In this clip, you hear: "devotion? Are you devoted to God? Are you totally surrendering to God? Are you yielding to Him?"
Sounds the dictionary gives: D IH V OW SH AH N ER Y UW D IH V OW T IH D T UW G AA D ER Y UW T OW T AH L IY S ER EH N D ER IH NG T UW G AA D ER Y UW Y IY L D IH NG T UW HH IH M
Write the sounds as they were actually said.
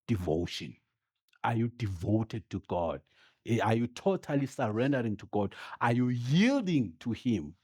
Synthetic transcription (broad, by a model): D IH V OW SH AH N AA Y UW D IH V OW T IH D T UW G AA D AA Y UW T OW T AH L IY S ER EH N D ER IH NG T UW G AA D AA Y UW Y IY L D IH NG T UW HH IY M